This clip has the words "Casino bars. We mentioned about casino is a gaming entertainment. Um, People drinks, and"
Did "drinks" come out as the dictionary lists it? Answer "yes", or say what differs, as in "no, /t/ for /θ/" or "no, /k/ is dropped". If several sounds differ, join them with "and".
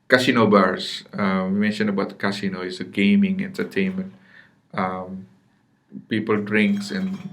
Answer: yes